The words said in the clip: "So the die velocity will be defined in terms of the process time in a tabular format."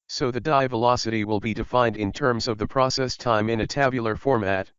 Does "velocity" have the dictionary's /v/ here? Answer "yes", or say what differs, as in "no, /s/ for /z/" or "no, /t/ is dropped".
yes